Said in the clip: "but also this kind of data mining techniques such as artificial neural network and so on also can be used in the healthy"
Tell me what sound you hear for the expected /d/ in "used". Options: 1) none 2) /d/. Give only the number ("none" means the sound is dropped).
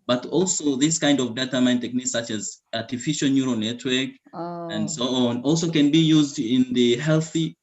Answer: 2